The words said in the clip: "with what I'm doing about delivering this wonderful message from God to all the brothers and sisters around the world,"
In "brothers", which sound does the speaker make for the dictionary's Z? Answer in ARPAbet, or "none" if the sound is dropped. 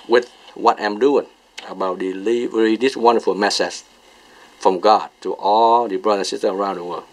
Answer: none